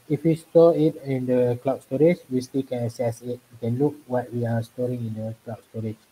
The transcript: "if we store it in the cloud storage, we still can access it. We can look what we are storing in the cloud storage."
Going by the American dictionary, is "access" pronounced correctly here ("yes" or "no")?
no